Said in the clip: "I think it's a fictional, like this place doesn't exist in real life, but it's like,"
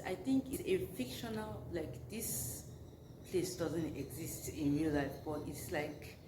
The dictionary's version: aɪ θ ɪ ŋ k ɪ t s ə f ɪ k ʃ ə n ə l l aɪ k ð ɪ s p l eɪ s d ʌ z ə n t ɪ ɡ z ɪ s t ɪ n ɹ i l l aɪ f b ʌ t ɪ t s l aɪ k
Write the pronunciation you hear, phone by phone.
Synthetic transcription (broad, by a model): aɪ t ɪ ŋ k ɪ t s ə f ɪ k ʃ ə n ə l l aɪ k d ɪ s p l eɪ s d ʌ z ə n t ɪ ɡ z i s t ɪ n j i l l aɪ f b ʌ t ɪ t s l aɪ k